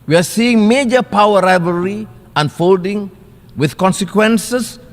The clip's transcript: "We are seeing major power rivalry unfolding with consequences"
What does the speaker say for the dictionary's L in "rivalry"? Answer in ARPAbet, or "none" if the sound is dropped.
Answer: none